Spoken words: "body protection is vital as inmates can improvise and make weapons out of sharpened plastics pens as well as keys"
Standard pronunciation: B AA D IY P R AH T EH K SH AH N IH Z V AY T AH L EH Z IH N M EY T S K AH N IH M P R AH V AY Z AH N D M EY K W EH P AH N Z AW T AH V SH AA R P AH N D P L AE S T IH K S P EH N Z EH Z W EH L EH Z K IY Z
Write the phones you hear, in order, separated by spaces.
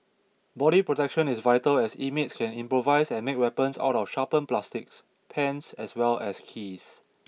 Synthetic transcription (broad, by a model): B AA D IY P R AH T EH K SH AH N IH S V AY T AH L EH S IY M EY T S K AH N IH M P R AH V AY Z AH N M EY K W EH P AH N S AW T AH F SH AA P AH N P L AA S T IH K S P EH N S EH S W EH L EH S K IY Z